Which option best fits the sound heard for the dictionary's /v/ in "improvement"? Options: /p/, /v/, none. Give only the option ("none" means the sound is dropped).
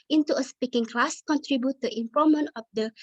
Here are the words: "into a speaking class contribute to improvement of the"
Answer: none